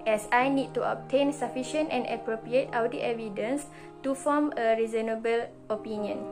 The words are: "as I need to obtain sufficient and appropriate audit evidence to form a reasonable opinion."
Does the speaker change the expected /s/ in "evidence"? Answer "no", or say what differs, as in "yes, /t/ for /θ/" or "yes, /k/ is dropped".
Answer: no